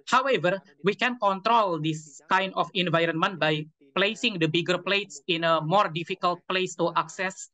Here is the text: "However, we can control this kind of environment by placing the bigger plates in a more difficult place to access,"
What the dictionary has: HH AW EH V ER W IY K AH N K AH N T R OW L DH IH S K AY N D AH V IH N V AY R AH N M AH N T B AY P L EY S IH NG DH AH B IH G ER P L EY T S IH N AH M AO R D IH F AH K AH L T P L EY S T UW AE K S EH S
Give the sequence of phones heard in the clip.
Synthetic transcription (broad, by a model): HH AW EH V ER W IY K AH N K AH N T R OW L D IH S K AY N D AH F IH N V AY R AH N M AH N T B AY P L EY S IH NG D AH B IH G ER P L EY T S IH N AH M AO R D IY F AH K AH L T P L EY S T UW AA K S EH S